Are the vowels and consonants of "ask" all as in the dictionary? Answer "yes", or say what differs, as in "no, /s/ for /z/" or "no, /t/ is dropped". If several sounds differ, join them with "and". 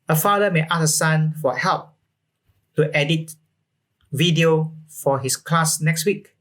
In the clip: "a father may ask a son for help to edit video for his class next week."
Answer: no, /k/ is dropped